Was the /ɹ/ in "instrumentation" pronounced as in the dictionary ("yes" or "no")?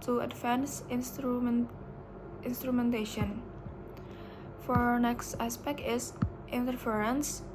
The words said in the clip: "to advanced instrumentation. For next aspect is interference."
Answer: yes